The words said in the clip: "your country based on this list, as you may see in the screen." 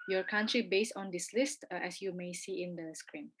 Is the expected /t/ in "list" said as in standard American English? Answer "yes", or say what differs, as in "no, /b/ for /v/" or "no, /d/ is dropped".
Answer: yes